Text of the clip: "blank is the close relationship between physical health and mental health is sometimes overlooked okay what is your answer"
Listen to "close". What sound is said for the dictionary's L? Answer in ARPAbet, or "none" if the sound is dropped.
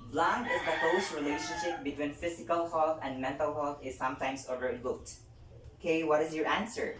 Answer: none